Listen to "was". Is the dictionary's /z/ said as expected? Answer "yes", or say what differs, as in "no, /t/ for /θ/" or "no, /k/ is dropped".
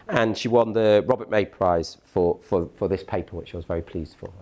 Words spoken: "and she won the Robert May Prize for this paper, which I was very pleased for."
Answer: yes